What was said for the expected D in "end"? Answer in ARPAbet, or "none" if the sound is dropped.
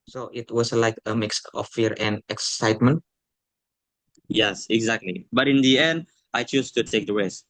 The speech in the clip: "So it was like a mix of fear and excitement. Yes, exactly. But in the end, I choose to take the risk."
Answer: D